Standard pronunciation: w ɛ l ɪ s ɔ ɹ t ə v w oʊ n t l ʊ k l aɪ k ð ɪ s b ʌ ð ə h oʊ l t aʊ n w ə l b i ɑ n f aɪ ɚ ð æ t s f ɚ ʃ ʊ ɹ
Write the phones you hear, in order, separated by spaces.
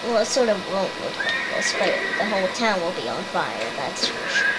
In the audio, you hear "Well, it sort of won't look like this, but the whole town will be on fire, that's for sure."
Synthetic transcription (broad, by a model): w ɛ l ɪ s ɔ ɹ t ə v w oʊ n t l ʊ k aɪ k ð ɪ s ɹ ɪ ð ə h oʊ l t aʊ n w ə l b i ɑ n f aɪ ɚ ð æ t s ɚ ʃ